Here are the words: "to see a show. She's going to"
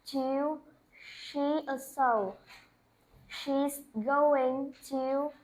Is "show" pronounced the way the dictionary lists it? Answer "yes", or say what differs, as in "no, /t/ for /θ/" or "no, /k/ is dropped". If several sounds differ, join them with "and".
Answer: no, /s/ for /ʃ/